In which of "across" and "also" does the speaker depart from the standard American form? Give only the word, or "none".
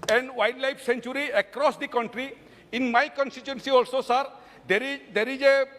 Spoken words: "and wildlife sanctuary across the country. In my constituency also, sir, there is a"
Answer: none